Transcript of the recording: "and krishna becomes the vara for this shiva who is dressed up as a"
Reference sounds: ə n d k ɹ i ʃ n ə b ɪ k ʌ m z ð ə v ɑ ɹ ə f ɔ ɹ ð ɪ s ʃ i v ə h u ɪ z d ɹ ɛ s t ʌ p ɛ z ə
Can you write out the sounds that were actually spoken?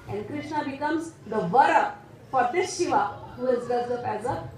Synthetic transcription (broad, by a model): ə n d k ɹ i ʃ n ə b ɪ k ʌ m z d ə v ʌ ɹ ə f ɔ ɹ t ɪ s ʃ i v ə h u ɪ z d ɛ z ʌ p ɛ z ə